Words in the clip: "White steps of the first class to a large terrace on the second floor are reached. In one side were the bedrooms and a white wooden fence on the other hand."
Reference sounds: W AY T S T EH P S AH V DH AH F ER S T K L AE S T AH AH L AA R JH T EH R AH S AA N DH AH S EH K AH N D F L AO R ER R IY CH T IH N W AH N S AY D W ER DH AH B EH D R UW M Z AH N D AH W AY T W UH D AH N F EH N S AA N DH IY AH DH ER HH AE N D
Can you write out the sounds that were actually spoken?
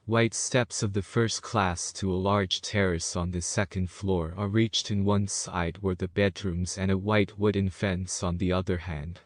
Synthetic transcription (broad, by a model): W AY T S T EH P S AH V DH AH F ER S T K L AE S T AH AH L AA R JH T EH R AH S N DH AH S EH K AH N D F L AO R ER R IY CH T IH N W AH N S AY D W ER DH AH B EH D R UW M Z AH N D AH W AY T W UH D N F EH N S N DH IY AH DH ER HH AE N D